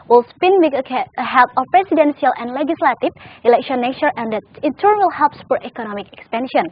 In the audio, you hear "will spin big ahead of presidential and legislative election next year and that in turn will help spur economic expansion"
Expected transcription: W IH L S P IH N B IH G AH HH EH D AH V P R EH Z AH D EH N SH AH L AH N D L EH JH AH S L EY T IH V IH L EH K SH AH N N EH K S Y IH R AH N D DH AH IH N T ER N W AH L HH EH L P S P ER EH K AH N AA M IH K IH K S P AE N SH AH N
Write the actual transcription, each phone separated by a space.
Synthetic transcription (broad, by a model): W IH L S P IH N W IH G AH HH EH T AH F P R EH S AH D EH N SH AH L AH N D L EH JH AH S L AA T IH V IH L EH K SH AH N N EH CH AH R AH N D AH IH N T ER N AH L HH EH L P S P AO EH K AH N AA M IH K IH K S P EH N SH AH N